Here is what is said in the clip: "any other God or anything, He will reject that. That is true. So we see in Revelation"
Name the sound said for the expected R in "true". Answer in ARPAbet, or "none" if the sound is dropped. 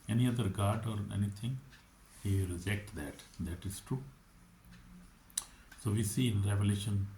R